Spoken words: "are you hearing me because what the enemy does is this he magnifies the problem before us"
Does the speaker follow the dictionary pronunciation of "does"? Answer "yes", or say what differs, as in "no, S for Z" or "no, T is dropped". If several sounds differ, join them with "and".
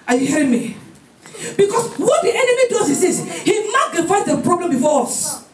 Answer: no, S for Z